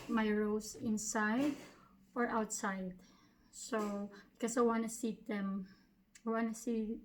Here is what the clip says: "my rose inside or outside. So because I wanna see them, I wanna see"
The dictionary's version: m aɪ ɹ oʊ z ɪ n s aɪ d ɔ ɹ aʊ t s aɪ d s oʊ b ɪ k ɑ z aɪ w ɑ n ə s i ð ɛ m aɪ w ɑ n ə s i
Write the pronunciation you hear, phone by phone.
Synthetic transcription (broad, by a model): m aɪ ɹ oʊ s ɪ n s aɪ d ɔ ɹ aʊ t s aɪ d s oʊ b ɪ k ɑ s aɪ w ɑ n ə s i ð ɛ m aɪ w ɑ n ə s i